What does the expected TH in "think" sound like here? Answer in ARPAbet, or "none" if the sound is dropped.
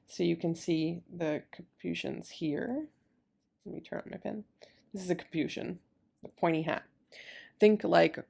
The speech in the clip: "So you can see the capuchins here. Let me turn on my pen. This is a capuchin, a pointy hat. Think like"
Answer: TH